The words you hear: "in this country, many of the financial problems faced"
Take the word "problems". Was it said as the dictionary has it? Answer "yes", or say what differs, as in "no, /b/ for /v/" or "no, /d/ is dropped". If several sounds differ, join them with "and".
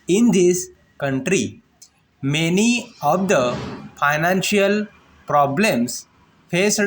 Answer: no, /s/ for /z/